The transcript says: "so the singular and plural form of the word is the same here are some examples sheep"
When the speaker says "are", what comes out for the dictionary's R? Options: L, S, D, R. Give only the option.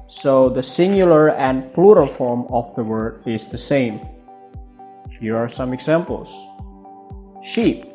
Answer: R